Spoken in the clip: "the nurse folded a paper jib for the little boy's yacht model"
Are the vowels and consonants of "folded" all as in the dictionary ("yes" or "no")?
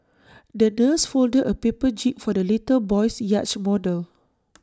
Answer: yes